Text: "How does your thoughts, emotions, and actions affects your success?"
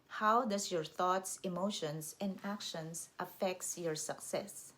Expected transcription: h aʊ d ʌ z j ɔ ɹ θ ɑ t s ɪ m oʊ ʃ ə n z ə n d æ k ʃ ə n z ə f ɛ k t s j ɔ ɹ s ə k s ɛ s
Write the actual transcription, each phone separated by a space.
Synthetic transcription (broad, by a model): h aʊ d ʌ s j ɔ ɹ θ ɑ t s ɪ m oʊ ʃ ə n s ə n d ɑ k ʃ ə n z ə f ɛ k t s j ɔ ɹ s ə k s ɛ s